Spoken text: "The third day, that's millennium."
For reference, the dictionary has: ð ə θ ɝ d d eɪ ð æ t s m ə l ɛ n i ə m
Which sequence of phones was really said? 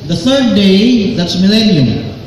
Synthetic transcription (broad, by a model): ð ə θ ɝ d d eɪ ð æ t s m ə l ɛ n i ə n